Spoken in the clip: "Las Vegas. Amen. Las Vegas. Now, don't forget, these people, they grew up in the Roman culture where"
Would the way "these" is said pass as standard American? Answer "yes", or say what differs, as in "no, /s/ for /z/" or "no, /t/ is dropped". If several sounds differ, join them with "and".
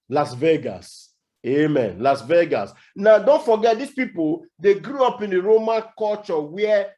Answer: no, /s/ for /z/